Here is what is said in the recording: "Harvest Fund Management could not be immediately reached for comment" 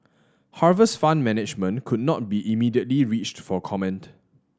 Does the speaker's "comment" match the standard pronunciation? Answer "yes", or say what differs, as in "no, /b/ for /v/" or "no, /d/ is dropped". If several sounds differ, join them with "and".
yes